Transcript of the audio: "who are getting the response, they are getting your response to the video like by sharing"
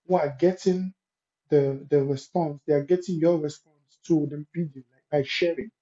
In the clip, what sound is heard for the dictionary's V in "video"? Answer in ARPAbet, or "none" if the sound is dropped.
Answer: P